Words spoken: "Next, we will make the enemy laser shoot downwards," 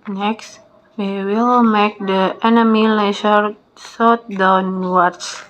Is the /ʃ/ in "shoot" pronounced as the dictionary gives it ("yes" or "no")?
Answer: no